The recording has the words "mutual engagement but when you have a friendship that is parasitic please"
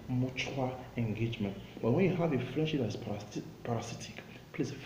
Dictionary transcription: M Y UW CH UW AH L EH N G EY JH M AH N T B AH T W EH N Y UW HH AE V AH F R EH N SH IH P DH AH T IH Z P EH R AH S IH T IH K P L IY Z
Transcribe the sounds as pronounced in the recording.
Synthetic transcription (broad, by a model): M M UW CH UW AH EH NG G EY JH M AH N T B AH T W EH N Y UW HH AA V AH F R EH N SH IH P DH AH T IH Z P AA R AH S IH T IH K P L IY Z